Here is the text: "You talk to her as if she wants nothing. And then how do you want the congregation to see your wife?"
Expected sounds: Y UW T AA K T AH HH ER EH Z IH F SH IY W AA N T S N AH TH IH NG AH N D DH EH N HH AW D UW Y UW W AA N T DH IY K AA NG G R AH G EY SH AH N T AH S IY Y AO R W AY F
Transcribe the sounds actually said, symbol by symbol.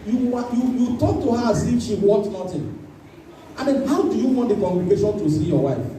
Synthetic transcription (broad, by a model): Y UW T AA K T AH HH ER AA S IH SH IY W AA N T N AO T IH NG AH N D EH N HH AW D UW Y UW W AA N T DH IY K AA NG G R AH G EY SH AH N T AH S IY Y AO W AY F